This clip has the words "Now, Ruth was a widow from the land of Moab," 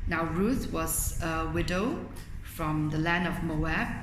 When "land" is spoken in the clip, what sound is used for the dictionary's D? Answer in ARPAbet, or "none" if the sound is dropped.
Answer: D